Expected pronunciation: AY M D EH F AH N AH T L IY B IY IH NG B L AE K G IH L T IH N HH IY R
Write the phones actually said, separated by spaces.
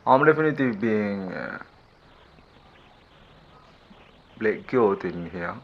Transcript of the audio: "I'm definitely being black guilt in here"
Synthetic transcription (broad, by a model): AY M D EH F AH N AH T L IY B IY IH NG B L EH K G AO T IH N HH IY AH